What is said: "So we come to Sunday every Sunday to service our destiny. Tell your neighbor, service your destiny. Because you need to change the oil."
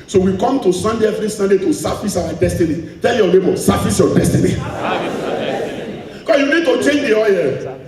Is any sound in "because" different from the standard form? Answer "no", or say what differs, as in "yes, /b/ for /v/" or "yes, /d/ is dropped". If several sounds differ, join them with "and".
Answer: yes, /z/ is dropped